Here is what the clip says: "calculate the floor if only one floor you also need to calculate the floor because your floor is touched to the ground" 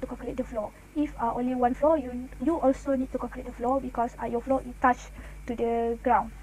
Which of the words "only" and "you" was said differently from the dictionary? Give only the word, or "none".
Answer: none